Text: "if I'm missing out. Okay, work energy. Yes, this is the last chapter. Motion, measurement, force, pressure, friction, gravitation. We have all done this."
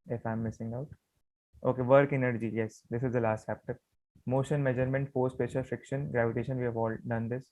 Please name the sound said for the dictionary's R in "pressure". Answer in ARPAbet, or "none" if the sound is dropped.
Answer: none